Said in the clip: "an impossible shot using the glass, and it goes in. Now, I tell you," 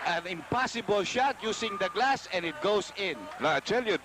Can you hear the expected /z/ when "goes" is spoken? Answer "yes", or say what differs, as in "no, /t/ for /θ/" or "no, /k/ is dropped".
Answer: no, /s/ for /z/